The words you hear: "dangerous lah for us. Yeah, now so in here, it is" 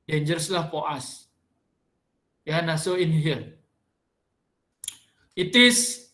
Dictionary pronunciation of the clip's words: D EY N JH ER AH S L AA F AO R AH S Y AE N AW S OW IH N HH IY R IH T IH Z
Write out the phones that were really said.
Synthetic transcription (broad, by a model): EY N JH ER S L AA P AO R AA S Y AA N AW S OW IH N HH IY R IH T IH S